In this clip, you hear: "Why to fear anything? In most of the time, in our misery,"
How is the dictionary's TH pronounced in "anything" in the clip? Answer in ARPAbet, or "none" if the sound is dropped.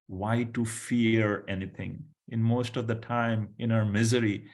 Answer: T